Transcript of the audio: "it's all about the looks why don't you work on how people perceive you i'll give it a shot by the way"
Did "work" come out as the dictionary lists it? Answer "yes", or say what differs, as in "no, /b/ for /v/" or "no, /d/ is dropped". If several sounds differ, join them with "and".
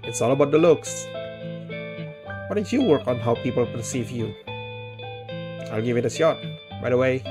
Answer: yes